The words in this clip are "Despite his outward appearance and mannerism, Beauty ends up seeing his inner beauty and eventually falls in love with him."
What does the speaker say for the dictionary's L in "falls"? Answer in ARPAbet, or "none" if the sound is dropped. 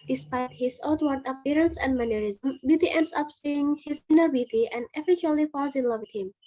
none